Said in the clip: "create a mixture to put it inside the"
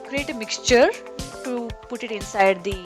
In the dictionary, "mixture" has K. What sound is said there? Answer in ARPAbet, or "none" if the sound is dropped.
K